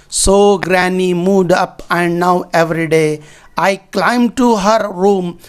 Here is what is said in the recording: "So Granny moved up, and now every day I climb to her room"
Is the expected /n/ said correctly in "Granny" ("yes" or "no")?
yes